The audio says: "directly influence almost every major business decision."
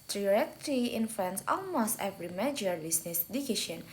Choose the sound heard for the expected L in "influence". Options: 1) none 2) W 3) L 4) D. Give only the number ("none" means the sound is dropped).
1